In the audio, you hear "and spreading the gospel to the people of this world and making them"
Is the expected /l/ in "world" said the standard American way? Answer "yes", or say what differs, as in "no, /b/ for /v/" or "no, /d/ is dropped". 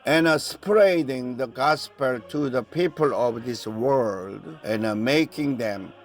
yes